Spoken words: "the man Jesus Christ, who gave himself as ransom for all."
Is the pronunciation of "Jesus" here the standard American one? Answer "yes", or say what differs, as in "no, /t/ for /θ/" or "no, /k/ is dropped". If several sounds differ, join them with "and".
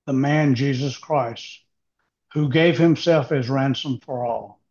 yes